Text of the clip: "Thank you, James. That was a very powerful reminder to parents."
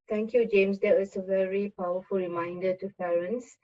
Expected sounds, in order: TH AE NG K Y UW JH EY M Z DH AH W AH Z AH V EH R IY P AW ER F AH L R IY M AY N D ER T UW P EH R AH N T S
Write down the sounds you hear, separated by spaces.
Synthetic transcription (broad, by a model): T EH NG K Y UW JH EY M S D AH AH S AH V EH R IY P AW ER F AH L R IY M AY N D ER T UW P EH R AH N S